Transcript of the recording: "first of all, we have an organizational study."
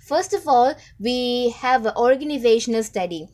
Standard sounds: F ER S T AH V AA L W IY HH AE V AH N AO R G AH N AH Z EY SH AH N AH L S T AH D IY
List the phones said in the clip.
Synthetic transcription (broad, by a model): F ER S T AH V AA L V IY HH AE V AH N AO R G AH N AH Z EY SH AH N AH L S T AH D IY